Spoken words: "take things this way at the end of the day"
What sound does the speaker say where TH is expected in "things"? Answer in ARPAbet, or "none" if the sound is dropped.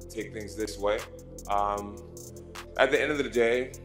TH